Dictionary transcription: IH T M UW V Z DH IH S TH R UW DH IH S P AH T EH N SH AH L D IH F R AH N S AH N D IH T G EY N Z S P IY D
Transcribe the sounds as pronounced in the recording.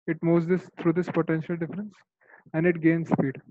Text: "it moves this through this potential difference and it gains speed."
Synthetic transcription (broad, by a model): IH T M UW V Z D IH S T R UW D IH S P AH T EH N SH AH L D IH F R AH N S AH N D IH T G EY N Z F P IY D